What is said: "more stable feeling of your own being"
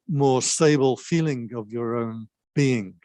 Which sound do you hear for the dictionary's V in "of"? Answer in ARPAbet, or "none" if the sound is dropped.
V